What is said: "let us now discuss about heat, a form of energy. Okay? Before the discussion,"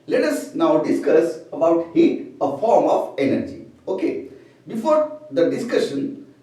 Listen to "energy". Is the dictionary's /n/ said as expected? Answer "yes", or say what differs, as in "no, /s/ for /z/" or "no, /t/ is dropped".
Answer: yes